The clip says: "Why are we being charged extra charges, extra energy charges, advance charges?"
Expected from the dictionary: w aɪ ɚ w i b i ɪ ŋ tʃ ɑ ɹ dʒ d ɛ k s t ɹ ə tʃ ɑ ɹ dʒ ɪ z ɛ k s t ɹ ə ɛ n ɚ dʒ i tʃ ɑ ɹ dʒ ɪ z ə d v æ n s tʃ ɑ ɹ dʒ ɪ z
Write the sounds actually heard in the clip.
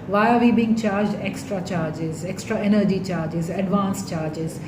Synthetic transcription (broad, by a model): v aɪ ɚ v i b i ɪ ŋ tʃ ɑ ɹ dʒ d ɛ k s t ɹ ə tʃ ɑ ɹ dʒ ɪ z ɛ k s t ɹ ə ɛ n ɚ dʒ i tʃ ɑ ɹ dʒ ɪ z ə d v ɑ n s tʃ ɑ ɹ dʒ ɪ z